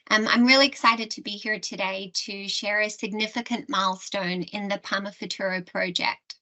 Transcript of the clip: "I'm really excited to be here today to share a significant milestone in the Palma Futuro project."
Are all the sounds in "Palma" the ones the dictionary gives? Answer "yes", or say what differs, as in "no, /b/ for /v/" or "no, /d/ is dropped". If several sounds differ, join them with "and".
no, /l/ is dropped